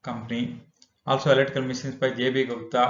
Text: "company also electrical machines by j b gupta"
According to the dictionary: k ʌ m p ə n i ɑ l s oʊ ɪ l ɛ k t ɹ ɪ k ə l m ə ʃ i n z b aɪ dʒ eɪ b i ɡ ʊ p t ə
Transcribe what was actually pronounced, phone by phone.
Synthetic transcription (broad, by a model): k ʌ m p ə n i ɑ l s oʊ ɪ l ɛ t ɪ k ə l m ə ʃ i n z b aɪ dʒ eɪ b i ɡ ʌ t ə